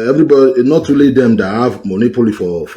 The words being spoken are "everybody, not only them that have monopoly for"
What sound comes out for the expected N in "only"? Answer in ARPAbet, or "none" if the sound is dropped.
none